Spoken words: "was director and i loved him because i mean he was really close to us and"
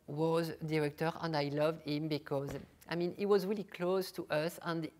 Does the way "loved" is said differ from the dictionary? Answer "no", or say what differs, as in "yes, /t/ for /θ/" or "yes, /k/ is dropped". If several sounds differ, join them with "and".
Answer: no